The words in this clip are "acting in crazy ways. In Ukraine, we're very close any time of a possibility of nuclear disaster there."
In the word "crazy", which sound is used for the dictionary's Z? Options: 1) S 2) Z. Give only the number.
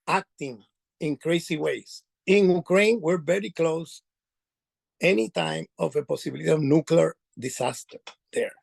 1